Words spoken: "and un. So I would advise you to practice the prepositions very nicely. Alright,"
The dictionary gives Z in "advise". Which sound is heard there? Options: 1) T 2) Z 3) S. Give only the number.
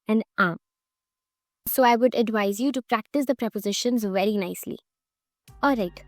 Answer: 2